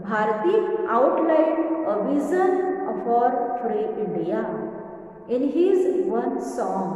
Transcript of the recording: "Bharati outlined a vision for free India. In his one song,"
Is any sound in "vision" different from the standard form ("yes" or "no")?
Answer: yes